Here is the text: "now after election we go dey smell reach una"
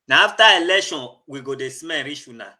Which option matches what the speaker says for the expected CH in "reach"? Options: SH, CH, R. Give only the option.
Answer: SH